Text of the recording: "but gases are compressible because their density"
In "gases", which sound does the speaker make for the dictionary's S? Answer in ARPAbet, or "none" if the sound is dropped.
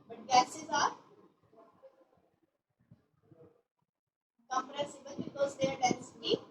S